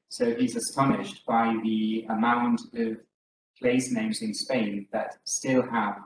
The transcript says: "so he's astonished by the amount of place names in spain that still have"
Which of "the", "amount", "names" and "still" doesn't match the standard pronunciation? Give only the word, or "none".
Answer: none